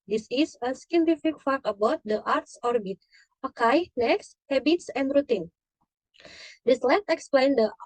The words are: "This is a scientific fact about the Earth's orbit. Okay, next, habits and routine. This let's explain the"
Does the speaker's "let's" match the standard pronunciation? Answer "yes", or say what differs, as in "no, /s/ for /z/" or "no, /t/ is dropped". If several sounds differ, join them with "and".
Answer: no, /s/ is dropped